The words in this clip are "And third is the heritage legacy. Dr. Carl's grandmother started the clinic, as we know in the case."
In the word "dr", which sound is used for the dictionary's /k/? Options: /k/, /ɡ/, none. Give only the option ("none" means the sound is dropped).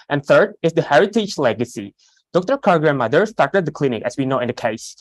/k/